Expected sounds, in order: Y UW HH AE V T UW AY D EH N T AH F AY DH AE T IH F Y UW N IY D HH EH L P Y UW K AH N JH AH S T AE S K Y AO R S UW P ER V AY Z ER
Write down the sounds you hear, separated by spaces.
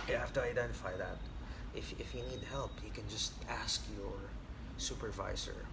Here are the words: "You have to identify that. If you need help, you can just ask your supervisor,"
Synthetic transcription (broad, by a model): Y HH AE F T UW AY D EH N T AH F AY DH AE T IH F Y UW N IY D HH EH L P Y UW K AH N JH AH S T AE S K Y AO R S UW P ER V AY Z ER